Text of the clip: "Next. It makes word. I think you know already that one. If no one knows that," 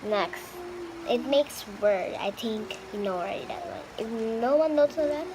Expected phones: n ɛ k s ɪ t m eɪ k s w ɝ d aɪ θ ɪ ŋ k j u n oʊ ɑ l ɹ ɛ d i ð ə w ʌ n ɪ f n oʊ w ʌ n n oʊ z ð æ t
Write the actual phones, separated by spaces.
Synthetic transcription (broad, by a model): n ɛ k s ɪ t m eɪ k s w ɝ d aɪ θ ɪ ŋ k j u n oʊ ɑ w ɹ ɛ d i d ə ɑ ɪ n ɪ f n oʊ w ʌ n n oʊ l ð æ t